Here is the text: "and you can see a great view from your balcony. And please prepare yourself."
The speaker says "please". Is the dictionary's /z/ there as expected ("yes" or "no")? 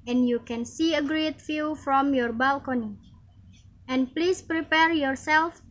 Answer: no